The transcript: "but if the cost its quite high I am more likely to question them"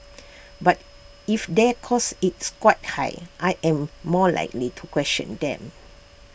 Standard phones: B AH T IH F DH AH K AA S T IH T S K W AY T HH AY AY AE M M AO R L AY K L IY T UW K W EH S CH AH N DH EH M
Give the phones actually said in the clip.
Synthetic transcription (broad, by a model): B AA T IH F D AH K AA S IH T S K W AY T HH AY AY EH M M AO L AY K L IY T UW K W EH S CH AH N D EH M